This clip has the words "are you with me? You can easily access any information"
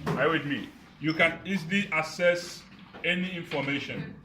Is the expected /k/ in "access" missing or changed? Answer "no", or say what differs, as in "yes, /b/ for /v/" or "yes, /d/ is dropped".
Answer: yes, /k/ is dropped